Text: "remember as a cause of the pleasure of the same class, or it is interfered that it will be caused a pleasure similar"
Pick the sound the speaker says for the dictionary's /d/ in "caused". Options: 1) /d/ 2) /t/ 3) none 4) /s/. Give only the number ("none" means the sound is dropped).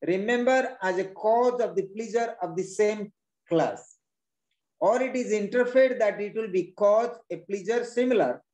3